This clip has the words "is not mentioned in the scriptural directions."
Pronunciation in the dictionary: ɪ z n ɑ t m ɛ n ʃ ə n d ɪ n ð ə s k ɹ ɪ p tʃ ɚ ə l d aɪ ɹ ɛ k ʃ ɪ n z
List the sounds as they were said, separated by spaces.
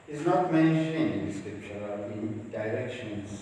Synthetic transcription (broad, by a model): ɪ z n ɑ t m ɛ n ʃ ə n ɪ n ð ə s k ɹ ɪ p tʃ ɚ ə n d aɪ ɹ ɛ k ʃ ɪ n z